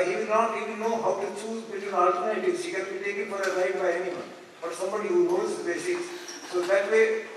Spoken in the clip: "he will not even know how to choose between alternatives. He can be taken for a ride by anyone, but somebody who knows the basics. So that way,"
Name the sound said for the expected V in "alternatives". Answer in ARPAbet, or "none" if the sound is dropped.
none